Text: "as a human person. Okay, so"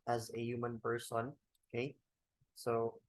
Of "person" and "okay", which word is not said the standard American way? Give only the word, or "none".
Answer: person